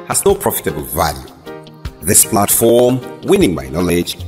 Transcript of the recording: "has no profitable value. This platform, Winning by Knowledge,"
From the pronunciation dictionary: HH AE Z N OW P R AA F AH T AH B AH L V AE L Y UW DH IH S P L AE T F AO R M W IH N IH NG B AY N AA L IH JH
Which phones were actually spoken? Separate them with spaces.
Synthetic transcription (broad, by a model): HH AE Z N OW P R AA F AH T AH B AH L V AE L Y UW DH IH S P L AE T F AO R M W IH N IH NG B AY N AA L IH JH